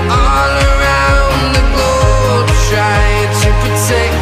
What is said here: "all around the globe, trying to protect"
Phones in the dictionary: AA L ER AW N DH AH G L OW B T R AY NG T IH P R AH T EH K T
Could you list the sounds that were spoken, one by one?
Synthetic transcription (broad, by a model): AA L ER AW N DH AH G OW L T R AY T IH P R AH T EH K